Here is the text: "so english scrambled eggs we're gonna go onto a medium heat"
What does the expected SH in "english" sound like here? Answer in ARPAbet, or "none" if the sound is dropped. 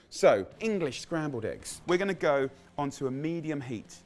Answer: SH